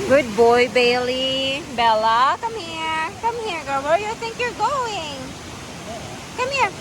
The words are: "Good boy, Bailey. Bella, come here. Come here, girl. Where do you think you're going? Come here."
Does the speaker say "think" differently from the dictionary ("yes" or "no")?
no